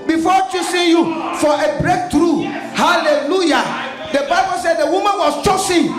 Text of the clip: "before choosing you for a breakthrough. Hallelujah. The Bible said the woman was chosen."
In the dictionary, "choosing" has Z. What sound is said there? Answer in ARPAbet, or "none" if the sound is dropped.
S